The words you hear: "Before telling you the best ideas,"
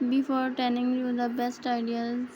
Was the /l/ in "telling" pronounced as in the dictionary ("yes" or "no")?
no